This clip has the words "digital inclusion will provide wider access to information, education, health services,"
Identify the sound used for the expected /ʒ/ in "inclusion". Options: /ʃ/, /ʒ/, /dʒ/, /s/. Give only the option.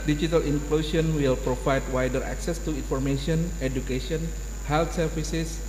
/s/